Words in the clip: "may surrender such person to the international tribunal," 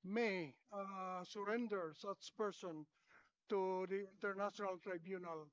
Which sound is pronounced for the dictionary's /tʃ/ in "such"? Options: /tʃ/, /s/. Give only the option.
/s/